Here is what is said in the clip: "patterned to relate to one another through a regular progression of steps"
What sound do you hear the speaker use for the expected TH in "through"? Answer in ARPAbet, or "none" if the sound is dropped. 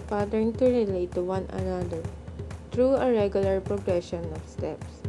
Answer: T